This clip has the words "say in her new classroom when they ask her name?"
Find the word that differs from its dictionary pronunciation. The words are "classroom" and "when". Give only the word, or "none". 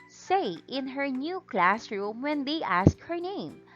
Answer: none